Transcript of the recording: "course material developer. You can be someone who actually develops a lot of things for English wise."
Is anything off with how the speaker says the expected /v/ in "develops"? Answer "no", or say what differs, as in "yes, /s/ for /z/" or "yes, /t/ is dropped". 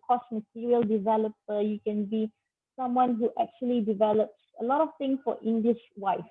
no